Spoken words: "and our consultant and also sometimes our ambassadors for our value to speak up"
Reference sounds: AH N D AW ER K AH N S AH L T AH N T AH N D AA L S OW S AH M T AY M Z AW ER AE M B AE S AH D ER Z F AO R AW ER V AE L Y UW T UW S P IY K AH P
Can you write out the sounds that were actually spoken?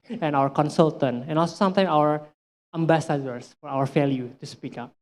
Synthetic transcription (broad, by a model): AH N AW ER K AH N S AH L T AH N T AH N AA L S OW S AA M T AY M AW ER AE M B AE S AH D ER S F AO R AW ER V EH L Y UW T UW S P IY K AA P